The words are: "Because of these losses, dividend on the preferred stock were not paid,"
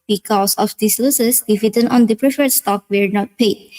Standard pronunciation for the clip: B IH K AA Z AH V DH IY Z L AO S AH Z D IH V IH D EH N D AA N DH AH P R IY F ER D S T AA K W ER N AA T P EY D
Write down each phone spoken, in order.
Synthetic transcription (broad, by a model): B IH K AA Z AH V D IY S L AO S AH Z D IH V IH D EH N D AA N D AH P R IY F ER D S T AA K W ER N AA T P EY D